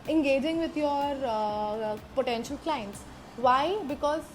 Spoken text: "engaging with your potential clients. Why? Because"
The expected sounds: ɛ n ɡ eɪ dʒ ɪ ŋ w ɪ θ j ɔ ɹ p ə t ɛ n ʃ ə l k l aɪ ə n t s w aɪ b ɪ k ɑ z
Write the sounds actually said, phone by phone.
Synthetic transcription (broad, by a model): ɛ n ɡ eɪ dʒ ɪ ŋ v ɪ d j ɔ ɹ p ə t ɛ n ʃ ə l k l aɪ ə n t s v aɪ b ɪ k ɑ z